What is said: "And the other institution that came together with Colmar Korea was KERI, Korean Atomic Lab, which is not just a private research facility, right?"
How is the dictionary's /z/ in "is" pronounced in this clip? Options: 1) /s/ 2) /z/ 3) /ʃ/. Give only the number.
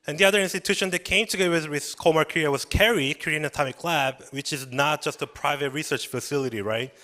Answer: 2